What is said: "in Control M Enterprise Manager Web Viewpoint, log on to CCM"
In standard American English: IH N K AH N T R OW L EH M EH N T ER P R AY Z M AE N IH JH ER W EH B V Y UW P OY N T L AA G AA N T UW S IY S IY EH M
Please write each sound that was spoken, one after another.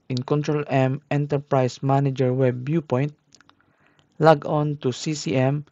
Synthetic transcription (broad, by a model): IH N K AH N T R OW L EH M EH N T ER P R AY S M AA N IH JH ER W EH B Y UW P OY N T L AA G AA N T UW S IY S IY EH M